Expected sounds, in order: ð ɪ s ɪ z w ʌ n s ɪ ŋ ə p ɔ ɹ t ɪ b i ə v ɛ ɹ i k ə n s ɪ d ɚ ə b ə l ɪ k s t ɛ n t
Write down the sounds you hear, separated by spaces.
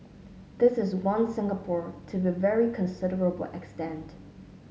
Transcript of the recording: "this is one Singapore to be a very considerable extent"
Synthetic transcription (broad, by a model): ð ɪ s ɪ z w ʌ n s ɪ ŋ ə p ɔ ɹ t ɪ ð ə v ɛ ɹ i k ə n s ɪ d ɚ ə b l ɪ k s t ɛ n t